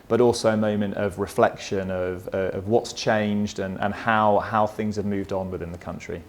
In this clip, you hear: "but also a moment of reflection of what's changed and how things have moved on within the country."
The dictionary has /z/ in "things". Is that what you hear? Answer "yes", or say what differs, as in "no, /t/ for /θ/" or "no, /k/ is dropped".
yes